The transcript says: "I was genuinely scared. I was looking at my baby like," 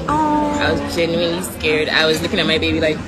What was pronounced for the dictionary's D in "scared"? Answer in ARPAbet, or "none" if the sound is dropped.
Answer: D